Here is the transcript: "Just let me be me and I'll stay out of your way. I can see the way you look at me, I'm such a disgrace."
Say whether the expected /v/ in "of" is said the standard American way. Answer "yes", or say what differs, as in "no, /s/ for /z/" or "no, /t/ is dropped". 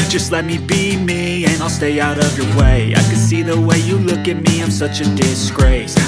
yes